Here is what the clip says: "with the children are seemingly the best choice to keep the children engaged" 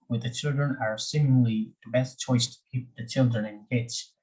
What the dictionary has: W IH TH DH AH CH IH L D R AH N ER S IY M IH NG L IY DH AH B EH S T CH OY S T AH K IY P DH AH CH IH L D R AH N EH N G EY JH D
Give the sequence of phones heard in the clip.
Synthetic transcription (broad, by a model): W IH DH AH CH IH L D R AH N ER S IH M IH L IY DH AH B EH S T CH OY S T AH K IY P DH AH CH IH L D R AH N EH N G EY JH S